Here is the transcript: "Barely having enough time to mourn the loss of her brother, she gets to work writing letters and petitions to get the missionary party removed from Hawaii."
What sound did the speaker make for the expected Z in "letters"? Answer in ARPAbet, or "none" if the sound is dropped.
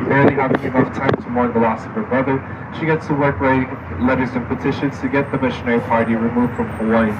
Z